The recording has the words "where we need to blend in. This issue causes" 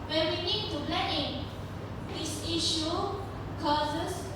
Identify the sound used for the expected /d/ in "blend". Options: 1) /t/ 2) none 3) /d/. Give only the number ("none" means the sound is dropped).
2